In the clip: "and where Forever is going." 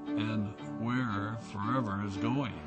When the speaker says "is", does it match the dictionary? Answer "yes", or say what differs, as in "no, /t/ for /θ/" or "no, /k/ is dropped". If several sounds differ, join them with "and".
yes